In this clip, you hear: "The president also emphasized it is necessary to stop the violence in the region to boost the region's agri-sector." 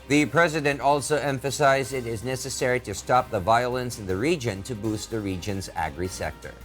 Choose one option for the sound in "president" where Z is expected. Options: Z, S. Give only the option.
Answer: Z